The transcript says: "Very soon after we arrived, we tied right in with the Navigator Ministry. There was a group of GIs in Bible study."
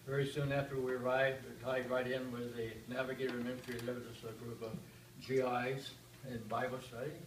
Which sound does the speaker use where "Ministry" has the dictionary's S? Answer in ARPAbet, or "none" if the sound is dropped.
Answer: none